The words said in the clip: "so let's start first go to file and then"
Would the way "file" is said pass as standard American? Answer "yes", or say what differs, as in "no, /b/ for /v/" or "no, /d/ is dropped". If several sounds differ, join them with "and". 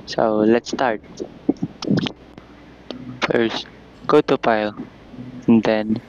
no, /p/ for /f/